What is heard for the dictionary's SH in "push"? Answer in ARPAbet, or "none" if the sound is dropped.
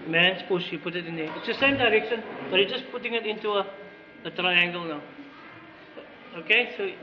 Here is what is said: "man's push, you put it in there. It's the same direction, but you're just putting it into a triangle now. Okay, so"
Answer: S